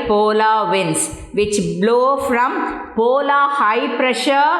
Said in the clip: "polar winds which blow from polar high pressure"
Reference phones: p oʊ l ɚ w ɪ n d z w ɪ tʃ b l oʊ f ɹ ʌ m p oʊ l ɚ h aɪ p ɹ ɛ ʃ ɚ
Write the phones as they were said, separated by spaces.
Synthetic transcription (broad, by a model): p oʊ l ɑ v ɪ n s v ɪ tʃ b l oʊ f ɹ ʌ m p oʊ l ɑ h aɪ p ɹ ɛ ʃ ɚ